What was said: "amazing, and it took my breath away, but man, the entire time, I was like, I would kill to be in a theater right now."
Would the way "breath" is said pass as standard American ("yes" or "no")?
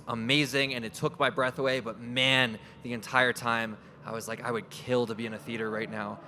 yes